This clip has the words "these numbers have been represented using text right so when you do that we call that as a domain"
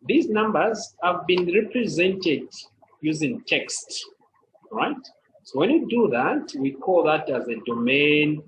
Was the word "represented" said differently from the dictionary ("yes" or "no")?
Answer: no